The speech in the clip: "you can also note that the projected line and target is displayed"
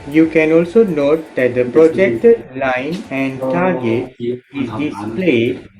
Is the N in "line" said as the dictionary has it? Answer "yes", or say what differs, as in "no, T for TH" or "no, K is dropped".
yes